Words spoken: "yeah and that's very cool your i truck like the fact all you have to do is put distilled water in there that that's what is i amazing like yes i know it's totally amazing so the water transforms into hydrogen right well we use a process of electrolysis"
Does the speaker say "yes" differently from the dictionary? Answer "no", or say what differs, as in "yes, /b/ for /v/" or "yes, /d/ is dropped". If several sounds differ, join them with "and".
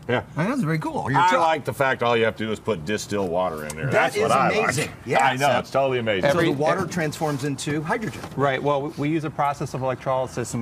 yes, /s/ is dropped